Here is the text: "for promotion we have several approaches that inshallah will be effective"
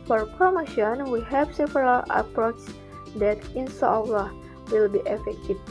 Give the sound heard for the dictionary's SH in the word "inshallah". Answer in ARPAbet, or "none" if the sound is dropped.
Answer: S